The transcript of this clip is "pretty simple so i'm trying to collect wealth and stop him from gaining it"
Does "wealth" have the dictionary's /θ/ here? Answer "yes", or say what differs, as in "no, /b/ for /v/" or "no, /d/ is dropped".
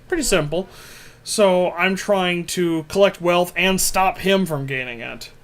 yes